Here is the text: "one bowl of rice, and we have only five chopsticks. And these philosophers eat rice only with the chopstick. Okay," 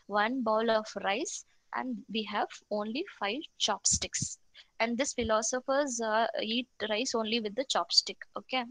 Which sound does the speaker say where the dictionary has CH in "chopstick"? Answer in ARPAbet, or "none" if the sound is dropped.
CH